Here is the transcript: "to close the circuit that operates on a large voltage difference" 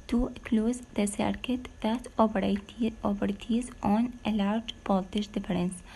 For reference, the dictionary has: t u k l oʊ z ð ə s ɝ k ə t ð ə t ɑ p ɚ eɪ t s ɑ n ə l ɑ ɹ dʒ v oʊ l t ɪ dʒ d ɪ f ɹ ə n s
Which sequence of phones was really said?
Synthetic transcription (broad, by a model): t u k l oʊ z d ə s ɝ k ə t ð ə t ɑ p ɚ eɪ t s ɑ n ə l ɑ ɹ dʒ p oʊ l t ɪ ʃ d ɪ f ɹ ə n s